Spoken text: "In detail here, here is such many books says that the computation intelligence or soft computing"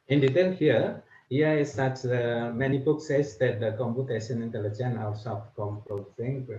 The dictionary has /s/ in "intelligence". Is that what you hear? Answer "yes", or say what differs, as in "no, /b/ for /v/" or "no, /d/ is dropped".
no, /s/ is dropped